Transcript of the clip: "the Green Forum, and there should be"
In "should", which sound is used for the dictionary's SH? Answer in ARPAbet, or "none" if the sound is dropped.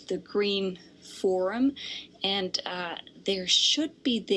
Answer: SH